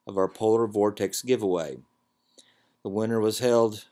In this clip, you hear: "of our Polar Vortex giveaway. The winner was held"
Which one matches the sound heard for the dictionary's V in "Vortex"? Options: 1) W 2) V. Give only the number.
2